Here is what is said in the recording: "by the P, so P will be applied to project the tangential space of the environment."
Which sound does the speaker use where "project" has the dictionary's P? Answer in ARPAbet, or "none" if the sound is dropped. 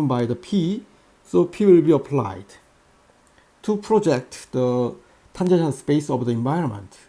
P